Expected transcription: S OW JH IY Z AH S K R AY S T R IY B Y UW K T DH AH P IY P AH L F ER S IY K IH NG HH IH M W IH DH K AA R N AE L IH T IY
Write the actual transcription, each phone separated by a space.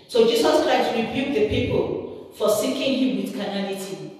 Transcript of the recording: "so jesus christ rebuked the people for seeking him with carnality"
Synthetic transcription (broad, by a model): S OW JH IY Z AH S K R AY S T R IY B Y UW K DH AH P IY P AH L F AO S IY K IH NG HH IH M W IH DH K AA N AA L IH T IY